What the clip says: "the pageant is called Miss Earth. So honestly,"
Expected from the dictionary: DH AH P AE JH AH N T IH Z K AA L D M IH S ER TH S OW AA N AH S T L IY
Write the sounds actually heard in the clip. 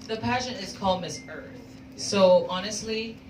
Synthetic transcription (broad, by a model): DH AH P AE SH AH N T IH Z K AA L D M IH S ER TH S OW AA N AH S T L IY